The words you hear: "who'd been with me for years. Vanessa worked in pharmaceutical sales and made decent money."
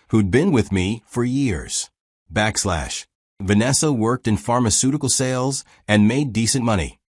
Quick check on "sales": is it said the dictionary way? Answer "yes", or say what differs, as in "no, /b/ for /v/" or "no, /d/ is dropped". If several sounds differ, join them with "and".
yes